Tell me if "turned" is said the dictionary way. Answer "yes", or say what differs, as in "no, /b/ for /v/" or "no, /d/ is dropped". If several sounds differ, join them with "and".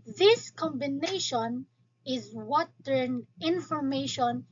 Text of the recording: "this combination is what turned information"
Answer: no, /d/ is dropped